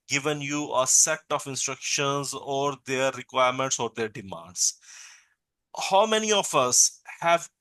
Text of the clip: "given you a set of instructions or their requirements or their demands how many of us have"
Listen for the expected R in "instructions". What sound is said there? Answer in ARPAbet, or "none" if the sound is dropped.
R